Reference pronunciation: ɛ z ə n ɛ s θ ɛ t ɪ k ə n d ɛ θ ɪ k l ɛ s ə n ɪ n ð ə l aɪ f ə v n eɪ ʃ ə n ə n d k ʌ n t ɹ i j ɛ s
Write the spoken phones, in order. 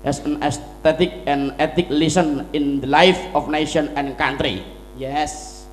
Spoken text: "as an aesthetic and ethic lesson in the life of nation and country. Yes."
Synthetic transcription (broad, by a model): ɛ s ə n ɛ s t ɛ t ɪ k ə n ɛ t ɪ k l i s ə n ɪ n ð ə l aɪ f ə f n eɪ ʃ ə n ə n k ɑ n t ɹ i j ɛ s